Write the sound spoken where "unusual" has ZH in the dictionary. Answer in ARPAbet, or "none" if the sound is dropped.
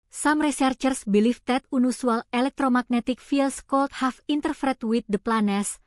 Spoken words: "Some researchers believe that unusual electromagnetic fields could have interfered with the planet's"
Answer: S